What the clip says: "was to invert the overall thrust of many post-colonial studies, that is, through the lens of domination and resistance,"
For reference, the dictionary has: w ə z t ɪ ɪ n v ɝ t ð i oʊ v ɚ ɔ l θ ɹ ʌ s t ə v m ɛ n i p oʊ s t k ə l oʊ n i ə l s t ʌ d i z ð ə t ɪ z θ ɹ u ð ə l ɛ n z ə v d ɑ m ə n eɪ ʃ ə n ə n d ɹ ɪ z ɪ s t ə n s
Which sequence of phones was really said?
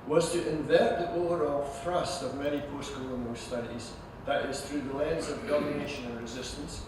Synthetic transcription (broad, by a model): w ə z t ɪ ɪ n v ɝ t ð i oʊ ɚ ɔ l θ ɹ ʌ s t ə v m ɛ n i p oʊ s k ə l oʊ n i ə s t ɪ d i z ð ə t ɪ z θ ɹ u ð ə l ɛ n z ə v d ɑ m ə n eɪ ʃ ə n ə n ɹ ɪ z ɪ s t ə n s